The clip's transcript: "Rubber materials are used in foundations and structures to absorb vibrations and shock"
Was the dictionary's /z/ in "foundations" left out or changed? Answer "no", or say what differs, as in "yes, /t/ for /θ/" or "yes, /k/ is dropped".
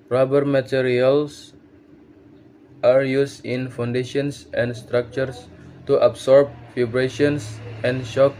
yes, /s/ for /z/